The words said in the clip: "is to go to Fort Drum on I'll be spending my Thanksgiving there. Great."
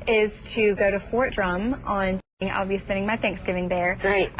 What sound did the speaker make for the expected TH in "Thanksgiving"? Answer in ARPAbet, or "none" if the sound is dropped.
TH